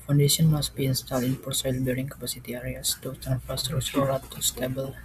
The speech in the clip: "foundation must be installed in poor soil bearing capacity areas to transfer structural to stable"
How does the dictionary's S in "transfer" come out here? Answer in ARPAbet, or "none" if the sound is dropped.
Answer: none